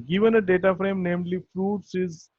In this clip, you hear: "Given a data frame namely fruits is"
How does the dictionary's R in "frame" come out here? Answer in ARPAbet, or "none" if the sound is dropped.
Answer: R